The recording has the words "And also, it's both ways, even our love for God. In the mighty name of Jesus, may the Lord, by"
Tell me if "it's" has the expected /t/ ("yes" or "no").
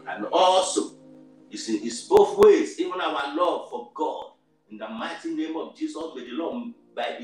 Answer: no